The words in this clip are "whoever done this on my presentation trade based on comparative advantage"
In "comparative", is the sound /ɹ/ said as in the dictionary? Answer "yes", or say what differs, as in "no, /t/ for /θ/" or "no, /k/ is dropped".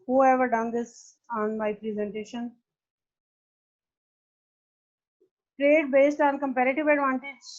yes